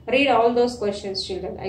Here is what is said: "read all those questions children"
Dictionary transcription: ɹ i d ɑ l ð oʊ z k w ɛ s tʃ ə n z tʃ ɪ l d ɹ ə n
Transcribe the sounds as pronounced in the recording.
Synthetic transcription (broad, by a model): ɹ i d ɑ l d oʊ s k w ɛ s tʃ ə n s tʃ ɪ l d ɹ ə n